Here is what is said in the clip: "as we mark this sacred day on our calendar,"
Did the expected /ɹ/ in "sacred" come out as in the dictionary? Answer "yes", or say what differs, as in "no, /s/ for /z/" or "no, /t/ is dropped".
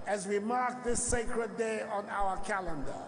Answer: yes